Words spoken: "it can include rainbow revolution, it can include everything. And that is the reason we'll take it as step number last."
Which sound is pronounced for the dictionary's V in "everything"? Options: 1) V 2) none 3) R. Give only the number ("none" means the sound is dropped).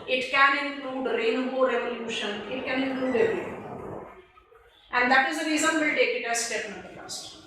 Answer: 2